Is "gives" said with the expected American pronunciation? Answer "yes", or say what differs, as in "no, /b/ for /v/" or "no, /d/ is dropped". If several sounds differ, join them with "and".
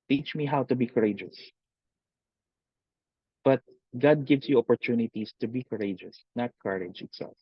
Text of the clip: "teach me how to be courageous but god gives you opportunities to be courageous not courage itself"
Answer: no, /s/ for /z/